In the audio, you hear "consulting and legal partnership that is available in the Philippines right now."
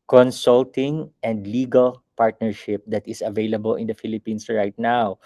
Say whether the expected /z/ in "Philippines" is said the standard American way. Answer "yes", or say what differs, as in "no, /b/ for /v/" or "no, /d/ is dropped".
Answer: no, /s/ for /z/